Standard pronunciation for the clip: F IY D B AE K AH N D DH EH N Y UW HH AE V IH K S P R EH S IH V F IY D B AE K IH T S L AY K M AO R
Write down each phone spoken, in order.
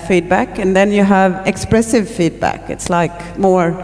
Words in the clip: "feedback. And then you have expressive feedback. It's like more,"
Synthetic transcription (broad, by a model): F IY D B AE K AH N DH EH N Y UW HH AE V IH K S P R EH S IH V F IY D B AE K IH T S L AY K M AO R